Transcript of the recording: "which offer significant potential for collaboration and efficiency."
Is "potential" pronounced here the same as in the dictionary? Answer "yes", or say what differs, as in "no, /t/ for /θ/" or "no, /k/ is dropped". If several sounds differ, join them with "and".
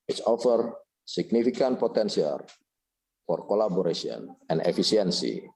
no, /s/ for /ʃ/